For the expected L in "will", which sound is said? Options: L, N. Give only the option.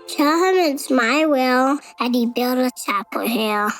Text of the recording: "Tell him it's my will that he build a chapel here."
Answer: L